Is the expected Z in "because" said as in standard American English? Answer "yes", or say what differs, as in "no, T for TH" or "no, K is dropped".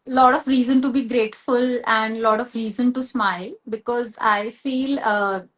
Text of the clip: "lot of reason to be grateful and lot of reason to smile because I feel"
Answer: yes